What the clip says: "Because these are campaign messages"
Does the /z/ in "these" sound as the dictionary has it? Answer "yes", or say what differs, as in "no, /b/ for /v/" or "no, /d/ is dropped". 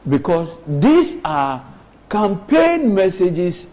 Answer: no, /s/ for /z/